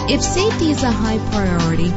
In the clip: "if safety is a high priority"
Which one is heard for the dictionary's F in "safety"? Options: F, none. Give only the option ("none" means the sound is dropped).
none